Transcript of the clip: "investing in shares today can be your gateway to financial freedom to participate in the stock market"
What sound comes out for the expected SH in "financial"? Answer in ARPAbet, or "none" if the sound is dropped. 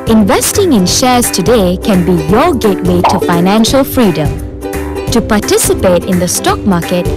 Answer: SH